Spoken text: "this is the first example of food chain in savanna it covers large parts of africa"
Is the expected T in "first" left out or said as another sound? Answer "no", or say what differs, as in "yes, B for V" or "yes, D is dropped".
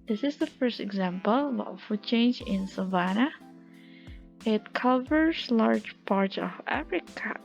no